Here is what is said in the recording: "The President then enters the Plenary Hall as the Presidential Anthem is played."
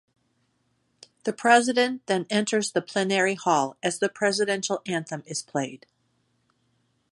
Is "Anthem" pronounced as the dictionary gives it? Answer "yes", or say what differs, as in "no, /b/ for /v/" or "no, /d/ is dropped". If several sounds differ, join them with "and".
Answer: yes